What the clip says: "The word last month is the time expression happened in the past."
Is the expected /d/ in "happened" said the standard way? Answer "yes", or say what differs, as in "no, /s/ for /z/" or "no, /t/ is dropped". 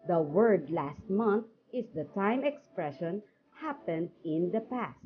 yes